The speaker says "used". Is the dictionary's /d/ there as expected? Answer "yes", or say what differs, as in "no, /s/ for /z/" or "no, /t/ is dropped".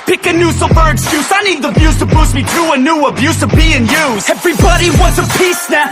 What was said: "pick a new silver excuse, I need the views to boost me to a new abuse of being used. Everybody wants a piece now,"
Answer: no, /d/ is dropped